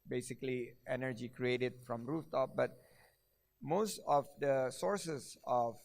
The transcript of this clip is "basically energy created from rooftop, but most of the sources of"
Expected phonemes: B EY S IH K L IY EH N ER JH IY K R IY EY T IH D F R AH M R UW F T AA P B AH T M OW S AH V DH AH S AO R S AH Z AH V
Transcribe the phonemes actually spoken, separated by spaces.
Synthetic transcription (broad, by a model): B EY S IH K L IY EH N ER JH IY K R IY EY T IH D F R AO M R UW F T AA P B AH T M OW S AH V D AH S AO R S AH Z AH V